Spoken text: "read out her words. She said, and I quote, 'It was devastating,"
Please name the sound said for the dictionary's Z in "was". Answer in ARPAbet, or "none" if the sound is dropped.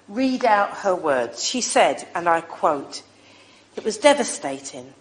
Z